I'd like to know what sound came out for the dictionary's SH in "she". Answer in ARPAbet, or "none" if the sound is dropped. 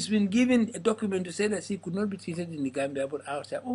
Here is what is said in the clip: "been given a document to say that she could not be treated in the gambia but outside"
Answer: S